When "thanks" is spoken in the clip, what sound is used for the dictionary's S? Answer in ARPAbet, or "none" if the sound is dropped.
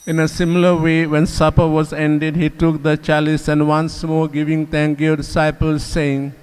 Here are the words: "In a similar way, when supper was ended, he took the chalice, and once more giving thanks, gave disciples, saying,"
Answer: none